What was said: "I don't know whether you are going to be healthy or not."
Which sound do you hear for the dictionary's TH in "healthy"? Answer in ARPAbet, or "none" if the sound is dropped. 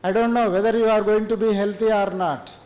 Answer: T